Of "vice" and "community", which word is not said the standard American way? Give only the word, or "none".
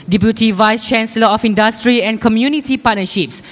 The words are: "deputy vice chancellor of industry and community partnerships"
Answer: none